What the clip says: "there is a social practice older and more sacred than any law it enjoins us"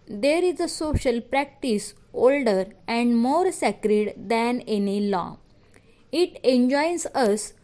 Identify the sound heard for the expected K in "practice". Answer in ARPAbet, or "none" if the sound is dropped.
K